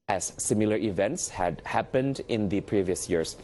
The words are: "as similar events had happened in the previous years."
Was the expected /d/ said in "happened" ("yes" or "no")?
yes